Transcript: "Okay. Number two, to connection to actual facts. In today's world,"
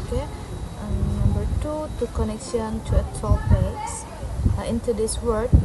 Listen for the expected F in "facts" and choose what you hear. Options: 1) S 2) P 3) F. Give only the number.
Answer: 2